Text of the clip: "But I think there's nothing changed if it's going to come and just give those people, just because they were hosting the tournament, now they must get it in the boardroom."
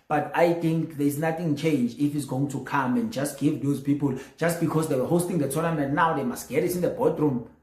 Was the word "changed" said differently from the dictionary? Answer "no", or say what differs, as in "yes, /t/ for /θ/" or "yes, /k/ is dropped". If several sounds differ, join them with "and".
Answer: yes, /d/ is dropped